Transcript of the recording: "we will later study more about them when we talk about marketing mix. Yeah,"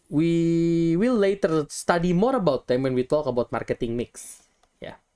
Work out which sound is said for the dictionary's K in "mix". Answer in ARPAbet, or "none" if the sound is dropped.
K